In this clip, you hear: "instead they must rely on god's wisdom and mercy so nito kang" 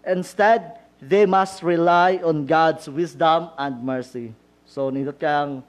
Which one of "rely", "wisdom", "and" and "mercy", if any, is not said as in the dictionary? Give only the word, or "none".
wisdom